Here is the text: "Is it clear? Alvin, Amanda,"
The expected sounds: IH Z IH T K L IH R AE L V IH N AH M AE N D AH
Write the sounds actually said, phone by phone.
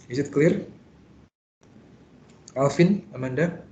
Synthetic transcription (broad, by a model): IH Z IH T K L IH R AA L F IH N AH M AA N D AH